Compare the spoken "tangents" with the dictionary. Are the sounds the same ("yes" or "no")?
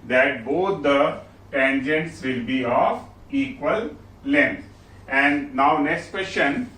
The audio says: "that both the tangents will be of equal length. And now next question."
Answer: yes